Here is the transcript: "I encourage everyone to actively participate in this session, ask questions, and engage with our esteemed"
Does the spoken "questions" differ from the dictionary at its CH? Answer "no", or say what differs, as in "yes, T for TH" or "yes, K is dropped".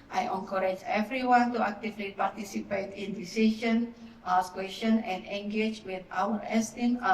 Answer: yes, CH is dropped